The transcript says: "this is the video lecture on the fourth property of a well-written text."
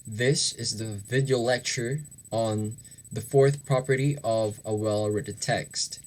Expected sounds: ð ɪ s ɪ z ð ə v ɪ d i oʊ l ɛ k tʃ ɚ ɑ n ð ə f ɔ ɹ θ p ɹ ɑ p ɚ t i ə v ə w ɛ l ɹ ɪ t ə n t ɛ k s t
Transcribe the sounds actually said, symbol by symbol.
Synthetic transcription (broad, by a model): ð ɪ s ɪ z ð ə v ɪ d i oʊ l ɛ k tʃ ɚ n ð ə f ɔ ɹ θ p ɹ ɑ p ɚ t i ə v ə w ɛ l ɹ ɪ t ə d t ɛ k s t